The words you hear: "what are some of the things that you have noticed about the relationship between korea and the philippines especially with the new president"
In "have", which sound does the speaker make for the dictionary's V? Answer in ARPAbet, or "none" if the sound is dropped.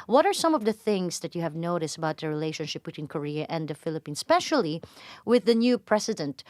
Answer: V